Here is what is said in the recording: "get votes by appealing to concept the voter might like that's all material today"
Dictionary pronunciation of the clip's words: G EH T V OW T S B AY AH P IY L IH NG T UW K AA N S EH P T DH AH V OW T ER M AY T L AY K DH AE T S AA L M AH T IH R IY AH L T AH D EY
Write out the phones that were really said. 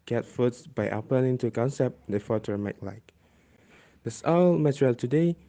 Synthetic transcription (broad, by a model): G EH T F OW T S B AY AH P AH N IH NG T UW K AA N S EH P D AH F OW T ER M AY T L AY K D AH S AA L M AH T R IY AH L T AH D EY